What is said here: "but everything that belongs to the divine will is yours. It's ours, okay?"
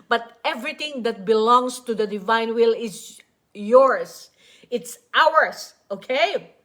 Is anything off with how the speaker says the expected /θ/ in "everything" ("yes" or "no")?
yes